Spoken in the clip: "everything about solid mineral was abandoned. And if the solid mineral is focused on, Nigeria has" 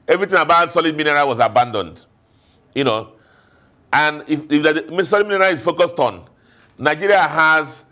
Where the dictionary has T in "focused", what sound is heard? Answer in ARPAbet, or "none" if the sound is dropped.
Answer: T